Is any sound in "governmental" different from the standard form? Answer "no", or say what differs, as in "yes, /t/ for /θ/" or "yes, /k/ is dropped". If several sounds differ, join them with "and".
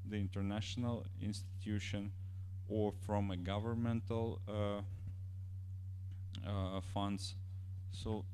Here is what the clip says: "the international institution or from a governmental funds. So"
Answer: no